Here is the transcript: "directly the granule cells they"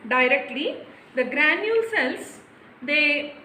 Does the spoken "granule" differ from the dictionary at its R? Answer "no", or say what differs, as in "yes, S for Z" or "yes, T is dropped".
no